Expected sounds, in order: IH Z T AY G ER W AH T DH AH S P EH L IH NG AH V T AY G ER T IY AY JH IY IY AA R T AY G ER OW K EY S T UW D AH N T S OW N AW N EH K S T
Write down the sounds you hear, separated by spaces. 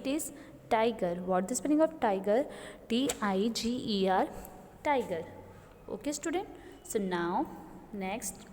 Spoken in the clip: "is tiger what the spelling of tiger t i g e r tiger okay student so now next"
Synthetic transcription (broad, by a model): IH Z T AY G ER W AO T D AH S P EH N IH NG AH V T AY G ER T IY AY JH IY IY AA R T AY G ER OW K EY S T UW D AH N T S OW N AW N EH K S T